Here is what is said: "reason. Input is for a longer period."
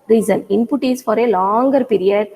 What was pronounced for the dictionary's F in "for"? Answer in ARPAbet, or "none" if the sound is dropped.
F